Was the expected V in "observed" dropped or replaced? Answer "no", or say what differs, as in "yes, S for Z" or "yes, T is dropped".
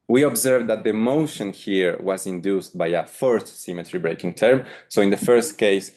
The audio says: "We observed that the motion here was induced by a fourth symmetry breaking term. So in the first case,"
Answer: no